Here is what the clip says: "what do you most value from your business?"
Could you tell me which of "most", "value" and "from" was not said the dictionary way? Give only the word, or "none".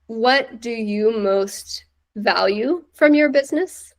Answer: none